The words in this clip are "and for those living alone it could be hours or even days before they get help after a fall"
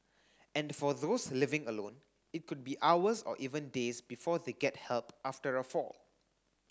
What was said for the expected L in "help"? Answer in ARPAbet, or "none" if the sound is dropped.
L